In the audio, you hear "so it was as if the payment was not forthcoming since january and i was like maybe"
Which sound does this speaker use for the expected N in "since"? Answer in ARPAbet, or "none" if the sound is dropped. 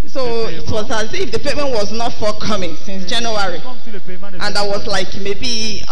N